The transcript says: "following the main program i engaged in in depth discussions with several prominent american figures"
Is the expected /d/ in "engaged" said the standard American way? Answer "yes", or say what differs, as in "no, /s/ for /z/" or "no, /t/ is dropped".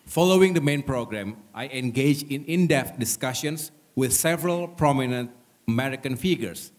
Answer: no, /d/ is dropped